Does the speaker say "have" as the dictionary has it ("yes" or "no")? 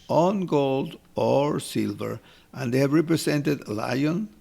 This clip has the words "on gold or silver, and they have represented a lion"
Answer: yes